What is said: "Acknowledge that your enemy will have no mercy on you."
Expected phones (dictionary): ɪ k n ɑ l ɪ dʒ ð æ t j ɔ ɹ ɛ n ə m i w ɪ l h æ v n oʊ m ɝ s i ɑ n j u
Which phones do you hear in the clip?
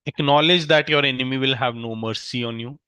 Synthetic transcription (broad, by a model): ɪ k n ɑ l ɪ dʒ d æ t j ɔ ɹ ɛ n ə m i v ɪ l h æ v n oʊ m ɝ s i ɑ n j u